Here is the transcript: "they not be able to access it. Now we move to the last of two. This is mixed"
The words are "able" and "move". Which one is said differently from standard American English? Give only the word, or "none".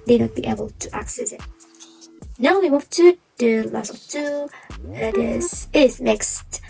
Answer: move